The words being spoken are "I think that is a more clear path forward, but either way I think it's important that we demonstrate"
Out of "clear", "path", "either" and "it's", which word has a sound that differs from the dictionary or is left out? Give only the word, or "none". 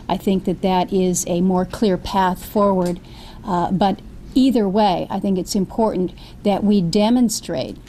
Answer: none